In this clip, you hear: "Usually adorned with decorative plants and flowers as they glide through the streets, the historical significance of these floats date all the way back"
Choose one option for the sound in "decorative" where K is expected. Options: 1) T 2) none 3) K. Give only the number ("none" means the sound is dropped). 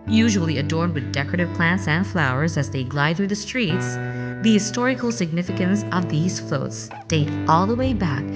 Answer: 3